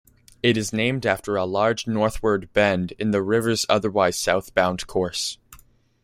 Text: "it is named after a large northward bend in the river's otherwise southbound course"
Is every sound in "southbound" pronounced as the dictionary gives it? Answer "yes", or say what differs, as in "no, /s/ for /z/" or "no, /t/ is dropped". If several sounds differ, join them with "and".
yes